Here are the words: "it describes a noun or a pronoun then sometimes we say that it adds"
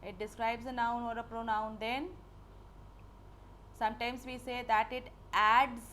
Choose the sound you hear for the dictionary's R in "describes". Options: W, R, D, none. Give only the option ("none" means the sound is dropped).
R